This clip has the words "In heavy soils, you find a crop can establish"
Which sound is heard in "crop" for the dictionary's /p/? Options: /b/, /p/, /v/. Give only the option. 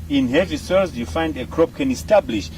/p/